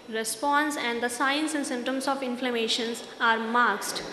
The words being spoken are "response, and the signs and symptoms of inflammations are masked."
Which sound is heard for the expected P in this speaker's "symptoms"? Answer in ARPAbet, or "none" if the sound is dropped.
none